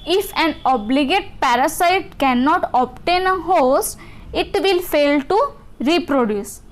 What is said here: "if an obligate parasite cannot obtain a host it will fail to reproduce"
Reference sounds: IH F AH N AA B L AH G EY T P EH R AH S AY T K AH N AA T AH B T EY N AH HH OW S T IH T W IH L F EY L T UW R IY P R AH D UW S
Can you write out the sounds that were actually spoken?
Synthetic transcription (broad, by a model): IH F AH N AA B L AH G EY T P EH R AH S AY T K AH N AA T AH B T EY N AH HH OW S IH T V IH L F EY L T UW R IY P R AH D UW S